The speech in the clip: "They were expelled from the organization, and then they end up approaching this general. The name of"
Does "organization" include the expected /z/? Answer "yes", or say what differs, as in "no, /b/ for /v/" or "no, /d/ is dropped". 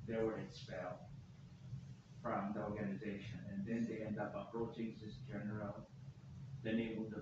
yes